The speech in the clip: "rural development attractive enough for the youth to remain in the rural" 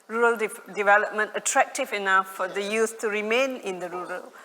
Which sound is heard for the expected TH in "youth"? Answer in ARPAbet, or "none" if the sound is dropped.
S